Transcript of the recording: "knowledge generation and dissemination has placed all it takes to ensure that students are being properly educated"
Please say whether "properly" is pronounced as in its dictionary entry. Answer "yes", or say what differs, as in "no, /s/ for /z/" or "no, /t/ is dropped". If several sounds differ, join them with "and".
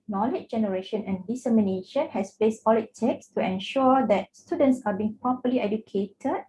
no, /ɹ/ is dropped